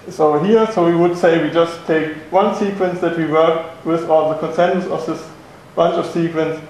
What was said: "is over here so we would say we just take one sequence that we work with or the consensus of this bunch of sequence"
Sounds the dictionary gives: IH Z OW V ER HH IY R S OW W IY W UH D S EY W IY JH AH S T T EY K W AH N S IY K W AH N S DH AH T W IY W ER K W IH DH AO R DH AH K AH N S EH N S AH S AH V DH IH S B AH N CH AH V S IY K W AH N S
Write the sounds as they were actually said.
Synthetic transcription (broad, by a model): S OW UH HH IY R S OW W IY W UH D S EY W IY JH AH S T T EY K W AH N S IY K W AH N S DH AH T W IY W ER K W IH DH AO L DH AH K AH N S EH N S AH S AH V DH IH S B AH N CH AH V S IY K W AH N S